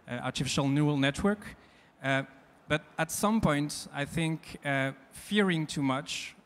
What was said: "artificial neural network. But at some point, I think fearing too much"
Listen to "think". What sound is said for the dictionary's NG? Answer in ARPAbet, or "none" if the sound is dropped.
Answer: NG